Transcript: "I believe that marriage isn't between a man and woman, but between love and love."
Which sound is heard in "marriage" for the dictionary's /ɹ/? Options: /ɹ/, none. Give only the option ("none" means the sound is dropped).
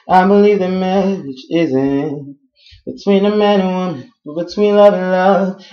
none